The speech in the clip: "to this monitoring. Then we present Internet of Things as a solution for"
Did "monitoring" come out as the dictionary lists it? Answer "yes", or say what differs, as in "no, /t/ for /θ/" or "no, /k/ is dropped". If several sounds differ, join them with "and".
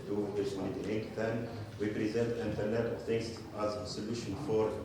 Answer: no, /l/ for /n/